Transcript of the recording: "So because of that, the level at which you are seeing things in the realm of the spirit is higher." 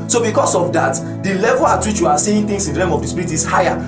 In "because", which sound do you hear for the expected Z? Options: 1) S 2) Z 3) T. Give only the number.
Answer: 1